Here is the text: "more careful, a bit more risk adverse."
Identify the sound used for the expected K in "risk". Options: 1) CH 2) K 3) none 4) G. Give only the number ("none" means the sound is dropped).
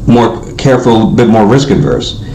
2